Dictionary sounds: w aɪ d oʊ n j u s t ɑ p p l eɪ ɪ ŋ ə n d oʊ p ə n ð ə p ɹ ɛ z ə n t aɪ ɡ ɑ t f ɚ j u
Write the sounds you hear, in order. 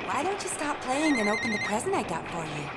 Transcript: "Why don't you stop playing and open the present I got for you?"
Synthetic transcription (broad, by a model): w aɪ d oʊ n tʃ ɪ s t ɑ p p l eɪ ɪ ŋ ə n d oʊ p ə n ð ə p ɹ ɛ z ə n t aɪ ɡ ɑ t f ɚ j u